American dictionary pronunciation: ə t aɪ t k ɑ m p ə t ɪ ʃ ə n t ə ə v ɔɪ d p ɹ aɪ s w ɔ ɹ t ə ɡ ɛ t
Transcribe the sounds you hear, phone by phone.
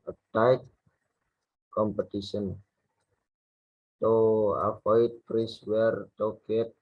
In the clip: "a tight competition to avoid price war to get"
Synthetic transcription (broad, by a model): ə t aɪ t k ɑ m p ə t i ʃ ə n t ə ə f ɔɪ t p ɹ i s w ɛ ɹ t ə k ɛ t